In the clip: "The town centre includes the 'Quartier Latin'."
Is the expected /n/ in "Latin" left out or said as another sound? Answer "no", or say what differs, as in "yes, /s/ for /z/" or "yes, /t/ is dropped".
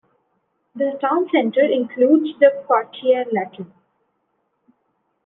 yes, /l/ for /n/